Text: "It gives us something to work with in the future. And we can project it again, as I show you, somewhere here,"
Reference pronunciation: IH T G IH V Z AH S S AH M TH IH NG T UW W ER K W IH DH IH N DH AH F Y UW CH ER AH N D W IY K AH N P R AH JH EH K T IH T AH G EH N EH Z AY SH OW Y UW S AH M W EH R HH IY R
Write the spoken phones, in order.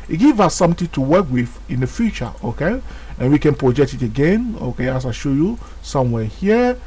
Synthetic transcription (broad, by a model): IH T G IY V AH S S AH M T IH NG T UW W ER K W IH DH IH N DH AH F Y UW CH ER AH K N W IY K AH N P R AH JH EH K T IH T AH G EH N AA S AY SH OW Y UW S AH M W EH HH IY